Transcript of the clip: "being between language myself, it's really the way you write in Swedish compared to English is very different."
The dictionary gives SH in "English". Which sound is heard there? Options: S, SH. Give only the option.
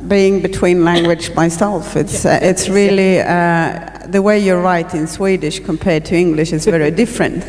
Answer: SH